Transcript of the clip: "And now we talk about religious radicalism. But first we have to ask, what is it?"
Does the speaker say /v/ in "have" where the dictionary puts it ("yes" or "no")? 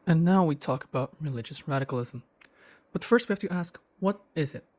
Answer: no